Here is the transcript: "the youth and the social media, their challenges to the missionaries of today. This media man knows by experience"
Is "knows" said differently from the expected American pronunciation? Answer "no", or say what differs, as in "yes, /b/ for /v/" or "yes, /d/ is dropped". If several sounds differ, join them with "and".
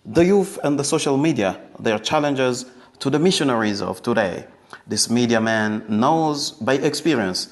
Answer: no